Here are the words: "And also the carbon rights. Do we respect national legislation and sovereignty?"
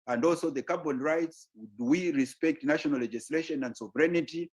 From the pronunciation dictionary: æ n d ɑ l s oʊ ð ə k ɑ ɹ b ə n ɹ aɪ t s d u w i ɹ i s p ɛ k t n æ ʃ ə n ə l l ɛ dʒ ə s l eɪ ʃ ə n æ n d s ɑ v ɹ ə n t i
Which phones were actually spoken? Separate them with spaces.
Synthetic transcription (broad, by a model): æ n d ɑ l s oʊ ð ə k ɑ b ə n ɹ aɪ t s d w i ɹ i s p ɛ k t n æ ʃ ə n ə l l ɛ dʒ ə s l eɪ ʃ ə n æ n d s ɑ v ɹ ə n t i